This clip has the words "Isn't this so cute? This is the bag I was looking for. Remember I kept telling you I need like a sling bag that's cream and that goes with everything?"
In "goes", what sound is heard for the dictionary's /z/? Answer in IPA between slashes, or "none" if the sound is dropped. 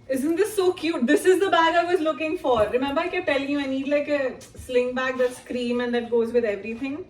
/z/